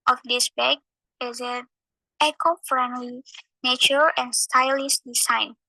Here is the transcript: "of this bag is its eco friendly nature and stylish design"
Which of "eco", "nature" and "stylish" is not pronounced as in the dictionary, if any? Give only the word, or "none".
stylish